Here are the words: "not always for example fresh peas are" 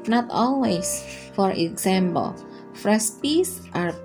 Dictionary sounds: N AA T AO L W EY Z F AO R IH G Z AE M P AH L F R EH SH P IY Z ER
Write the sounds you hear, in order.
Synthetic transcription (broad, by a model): N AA T AO L W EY S F AO R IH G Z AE M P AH L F R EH S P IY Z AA